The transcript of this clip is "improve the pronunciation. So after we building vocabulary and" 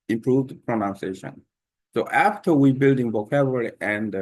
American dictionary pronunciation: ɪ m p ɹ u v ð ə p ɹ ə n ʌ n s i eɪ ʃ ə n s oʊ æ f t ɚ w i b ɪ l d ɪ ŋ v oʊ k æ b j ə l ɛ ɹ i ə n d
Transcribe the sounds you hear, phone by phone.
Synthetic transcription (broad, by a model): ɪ m p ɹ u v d p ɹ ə n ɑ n s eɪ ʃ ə n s oʊ æ f t ɚ w i b ɪ l d ɪ ŋ b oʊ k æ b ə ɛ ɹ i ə n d